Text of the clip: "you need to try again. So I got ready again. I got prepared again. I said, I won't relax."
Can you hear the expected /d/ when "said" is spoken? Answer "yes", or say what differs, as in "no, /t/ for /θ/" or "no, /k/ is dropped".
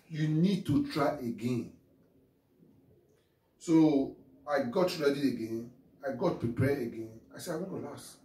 no, /d/ is dropped